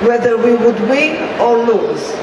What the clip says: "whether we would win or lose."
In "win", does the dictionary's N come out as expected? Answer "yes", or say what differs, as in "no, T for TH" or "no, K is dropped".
no, N is dropped